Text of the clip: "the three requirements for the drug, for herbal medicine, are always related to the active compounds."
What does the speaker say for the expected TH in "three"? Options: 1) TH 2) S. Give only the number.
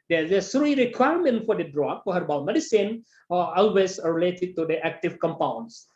2